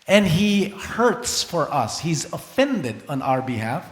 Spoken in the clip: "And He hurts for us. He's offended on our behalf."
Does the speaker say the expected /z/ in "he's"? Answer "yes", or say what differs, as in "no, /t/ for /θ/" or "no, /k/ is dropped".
yes